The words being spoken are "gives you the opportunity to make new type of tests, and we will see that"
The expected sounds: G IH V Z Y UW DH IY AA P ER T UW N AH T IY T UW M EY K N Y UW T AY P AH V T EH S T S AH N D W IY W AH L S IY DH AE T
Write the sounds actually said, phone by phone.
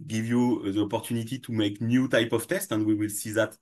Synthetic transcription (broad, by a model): G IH V Y UW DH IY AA P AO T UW N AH T IY T UW M EY K N Y UW T AY P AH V T EH S T AH N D W IY W AH L S IY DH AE T